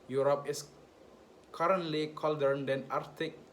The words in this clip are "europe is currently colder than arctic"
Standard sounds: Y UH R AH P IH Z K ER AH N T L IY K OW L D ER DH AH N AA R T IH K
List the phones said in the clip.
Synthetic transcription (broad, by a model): Y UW R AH P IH S K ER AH N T L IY K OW L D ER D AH N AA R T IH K